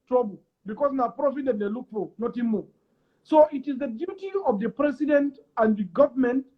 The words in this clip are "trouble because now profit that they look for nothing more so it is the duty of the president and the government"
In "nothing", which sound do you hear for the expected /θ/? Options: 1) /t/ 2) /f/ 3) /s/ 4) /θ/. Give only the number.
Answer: 1